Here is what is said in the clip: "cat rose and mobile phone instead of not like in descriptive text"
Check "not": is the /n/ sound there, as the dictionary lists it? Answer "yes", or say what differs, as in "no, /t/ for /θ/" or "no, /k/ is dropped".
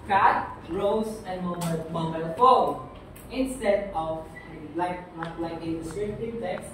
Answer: no, /l/ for /n/